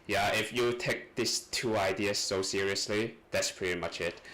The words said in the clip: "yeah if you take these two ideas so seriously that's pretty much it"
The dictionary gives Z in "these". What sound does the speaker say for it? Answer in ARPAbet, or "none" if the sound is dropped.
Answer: S